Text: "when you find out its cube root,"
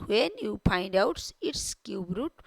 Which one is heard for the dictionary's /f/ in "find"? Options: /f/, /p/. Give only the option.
/p/